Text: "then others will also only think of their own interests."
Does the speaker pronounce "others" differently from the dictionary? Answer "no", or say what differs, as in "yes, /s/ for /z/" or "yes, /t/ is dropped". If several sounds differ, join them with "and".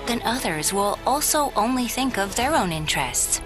no